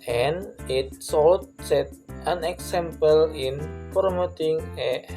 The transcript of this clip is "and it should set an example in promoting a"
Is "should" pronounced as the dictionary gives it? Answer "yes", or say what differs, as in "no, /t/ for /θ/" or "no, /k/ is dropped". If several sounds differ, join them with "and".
no, /s/ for /ʃ/